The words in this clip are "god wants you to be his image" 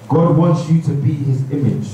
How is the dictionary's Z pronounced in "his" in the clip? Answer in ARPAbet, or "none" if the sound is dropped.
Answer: Z